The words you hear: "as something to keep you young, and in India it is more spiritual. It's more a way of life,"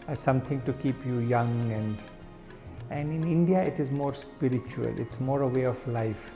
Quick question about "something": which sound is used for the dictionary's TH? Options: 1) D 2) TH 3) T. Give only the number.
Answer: 3